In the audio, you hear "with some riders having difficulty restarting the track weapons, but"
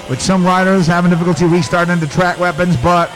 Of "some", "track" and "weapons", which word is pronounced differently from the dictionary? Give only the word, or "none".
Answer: none